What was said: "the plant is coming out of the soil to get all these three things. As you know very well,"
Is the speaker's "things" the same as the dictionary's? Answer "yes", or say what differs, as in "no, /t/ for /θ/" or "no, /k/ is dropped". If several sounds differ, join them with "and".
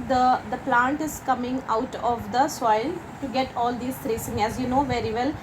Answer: no, /s/ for /θ/ and /z/ is dropped